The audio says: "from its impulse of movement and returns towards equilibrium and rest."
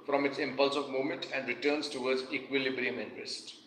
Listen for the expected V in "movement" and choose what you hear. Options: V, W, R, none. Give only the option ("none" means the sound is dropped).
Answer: none